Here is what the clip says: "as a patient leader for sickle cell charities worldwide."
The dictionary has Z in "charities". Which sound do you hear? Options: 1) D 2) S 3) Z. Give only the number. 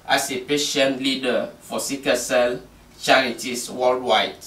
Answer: 2